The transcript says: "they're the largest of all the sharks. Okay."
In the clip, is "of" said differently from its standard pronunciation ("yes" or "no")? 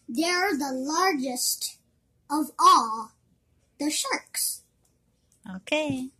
no